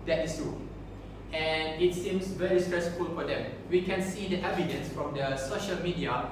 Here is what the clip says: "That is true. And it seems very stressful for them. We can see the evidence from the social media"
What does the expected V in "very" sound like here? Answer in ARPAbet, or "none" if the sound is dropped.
V